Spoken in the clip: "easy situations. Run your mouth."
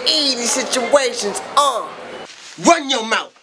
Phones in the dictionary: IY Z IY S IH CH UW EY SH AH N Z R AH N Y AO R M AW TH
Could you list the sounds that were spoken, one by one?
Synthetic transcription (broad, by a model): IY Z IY S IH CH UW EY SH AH N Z W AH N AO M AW